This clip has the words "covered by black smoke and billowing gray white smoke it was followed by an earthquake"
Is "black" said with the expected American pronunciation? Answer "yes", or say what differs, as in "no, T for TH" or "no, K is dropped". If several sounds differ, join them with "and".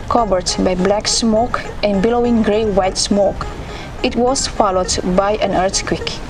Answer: yes